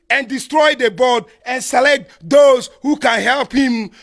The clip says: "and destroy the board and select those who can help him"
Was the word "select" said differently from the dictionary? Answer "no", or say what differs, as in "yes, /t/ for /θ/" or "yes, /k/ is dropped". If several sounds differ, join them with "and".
no